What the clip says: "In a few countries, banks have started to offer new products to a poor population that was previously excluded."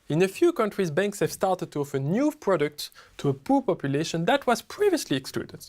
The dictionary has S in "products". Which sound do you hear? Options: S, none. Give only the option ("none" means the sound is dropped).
none